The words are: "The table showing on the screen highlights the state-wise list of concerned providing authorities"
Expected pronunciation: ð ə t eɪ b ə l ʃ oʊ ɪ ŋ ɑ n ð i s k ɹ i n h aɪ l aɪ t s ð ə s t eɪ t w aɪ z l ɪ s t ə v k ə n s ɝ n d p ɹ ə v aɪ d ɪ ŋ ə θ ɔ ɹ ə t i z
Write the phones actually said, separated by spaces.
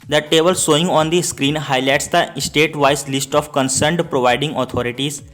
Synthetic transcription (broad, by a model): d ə t eɪ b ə l s oʊ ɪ ŋ ɑ n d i s k ɹ i n h aɪ l aɪ t s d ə s t eɪ t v aɪ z l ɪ s t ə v k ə n s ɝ n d p ɹ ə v aɪ d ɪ ŋ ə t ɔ ɹ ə t i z